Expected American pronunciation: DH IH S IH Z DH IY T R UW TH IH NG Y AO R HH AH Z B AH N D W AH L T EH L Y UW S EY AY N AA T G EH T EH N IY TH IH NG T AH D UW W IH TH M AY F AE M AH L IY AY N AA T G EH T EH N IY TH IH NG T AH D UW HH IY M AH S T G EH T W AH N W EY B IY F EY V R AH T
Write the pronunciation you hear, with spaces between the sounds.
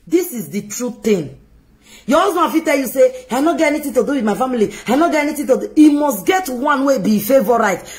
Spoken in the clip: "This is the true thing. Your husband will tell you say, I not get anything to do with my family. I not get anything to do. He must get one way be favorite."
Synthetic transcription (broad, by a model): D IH S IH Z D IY T R UW T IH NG Y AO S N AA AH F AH T EH L Y UW S EY AY N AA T G EH T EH N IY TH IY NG T AH D UW W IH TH M AY F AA M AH L IY AY N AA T G EH T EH N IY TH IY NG T AH D UW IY M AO S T G EH T W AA N W EY B IY F EY V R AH T